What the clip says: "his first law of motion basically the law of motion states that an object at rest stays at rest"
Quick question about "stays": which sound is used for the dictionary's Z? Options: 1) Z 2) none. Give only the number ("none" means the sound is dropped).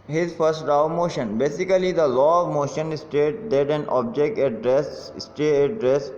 2